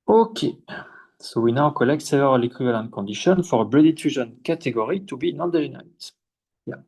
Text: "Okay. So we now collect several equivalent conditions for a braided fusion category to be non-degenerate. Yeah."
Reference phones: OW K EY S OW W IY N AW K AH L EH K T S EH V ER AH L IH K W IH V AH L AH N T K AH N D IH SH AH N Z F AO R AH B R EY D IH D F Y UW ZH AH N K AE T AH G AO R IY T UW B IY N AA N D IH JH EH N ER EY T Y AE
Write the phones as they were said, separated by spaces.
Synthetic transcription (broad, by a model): OW K EY S OW W IY N AW K AH L EH K T S EH V ER AH L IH K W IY V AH L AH N T K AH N D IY SH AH N F AO R AH B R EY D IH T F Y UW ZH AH N K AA T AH G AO R IY T UW B IY N AA N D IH ZH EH N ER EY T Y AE